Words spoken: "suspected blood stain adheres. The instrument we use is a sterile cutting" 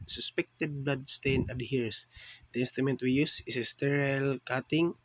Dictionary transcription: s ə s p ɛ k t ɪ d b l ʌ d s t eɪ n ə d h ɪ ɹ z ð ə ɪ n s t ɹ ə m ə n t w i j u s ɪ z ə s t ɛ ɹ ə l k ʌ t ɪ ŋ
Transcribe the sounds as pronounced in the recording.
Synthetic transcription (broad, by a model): s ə s p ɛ k t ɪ d b l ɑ d s t eɪ n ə d h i ɹ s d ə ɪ n s t ə m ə n t w i j u s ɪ s ə s t ɛ ɹ ə l k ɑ t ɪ ŋ